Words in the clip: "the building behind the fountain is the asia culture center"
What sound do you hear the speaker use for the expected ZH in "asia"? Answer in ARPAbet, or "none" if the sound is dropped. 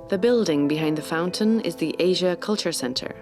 ZH